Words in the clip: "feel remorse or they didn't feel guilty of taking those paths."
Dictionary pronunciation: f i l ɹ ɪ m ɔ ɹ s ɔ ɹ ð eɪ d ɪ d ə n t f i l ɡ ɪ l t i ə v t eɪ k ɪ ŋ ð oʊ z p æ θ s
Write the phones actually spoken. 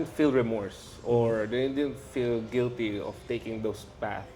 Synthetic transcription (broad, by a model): f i l ɹ ɪ m ɔ ɹ s ɔ ɹ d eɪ d ɪ d ə n t f i l ɡ ɪ l t i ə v t eɪ k ɪ ŋ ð oʊ s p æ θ